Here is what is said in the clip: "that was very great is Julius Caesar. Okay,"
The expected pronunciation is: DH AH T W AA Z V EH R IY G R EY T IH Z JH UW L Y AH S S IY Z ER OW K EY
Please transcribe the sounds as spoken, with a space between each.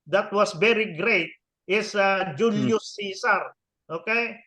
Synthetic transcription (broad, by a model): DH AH T W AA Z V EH R IY G R EY T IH S JH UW L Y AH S S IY S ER OW K EY